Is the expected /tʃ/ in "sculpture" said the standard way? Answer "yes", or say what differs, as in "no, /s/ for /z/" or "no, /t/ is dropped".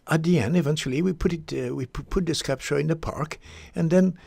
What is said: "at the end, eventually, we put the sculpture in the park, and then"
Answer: no, /ʃ/ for /tʃ/